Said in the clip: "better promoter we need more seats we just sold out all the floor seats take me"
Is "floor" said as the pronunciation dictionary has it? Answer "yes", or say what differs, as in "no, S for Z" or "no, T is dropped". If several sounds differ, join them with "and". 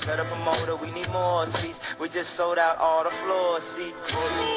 yes